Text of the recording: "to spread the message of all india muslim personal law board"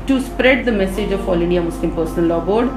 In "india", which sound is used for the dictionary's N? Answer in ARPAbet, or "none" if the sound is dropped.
N